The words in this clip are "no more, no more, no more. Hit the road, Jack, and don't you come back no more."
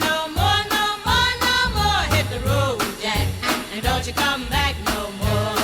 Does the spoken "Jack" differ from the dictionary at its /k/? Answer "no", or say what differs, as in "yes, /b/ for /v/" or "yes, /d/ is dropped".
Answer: yes, /k/ is dropped